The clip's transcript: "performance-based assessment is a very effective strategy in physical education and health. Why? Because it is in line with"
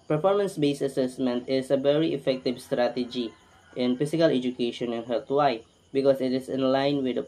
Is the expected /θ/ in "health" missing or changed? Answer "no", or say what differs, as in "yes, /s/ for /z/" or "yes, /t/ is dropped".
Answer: yes, /t/ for /θ/